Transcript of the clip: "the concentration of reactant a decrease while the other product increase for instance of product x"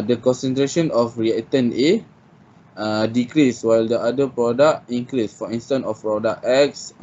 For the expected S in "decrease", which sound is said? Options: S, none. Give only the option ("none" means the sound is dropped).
S